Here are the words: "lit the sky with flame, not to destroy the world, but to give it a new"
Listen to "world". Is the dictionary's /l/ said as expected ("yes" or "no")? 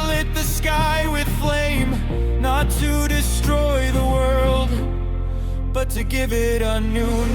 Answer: yes